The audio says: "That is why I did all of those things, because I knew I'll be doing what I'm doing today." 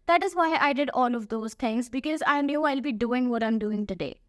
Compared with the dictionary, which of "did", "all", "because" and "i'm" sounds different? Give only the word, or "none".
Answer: none